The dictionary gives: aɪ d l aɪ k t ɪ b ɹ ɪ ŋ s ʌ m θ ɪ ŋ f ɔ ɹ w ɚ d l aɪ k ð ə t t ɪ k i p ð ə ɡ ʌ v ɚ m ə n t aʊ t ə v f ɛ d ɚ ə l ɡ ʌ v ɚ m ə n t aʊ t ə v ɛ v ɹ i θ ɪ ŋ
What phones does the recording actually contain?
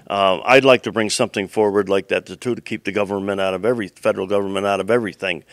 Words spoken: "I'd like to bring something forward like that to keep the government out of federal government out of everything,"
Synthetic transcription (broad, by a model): aɪ d l aɪ k t ɪ b ɹ ɪ ŋ s ʌ m θ ɪ ŋ f ɔ ɹ w ɚ d l aɪ k ð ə t t ɪ k i p ð ə ɡ ʌ v ɚ m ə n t aʊ t ə v f ɛ d ɚ l ɡ ʌ v ɚ m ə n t aʊ t ə v ɛ v ɹ i θ ɪ ŋ